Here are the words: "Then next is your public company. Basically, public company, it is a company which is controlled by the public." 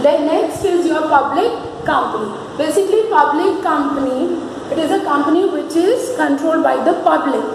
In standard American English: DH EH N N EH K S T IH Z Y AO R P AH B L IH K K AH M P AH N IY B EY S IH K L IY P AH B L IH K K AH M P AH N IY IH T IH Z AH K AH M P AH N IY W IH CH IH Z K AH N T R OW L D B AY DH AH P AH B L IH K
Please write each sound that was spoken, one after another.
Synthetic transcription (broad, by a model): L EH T N EH K S T IH Z Y AO R P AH B L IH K K AH M P AH N IY B EY S IH K L IY P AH B L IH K K AH M P AH N IY IH T IH Z AH K AH M P AH N IY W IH CH IH Z K AH N T R OW L D B AY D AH P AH B L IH K